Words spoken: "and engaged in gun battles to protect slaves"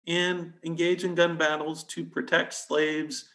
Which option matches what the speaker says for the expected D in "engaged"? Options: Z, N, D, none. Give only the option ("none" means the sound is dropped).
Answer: none